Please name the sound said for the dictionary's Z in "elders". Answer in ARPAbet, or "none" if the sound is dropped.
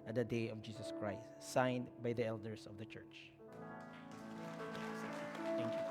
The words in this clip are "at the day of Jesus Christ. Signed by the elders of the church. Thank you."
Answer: S